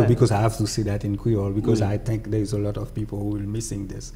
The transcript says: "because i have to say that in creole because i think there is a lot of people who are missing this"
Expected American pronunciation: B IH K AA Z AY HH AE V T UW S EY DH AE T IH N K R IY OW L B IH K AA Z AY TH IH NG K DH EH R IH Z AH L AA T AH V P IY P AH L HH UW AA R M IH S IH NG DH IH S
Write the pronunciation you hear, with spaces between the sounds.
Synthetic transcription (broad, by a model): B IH K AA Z AY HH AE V T UW S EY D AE T IH N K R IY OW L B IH K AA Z AY T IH NG K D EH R IH Z AH L AA T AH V P IY P AH L HH UW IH L M IH S IH NG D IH S